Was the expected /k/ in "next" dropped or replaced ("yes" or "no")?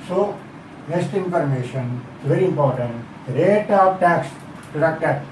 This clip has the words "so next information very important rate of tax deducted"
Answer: yes